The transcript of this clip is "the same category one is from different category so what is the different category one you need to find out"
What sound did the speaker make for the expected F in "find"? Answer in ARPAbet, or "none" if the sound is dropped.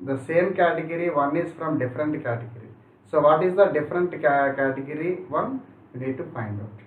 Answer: P